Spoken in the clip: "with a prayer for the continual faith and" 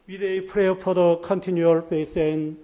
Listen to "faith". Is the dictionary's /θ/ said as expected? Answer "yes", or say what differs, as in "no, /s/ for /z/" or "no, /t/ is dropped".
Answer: no, /s/ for /θ/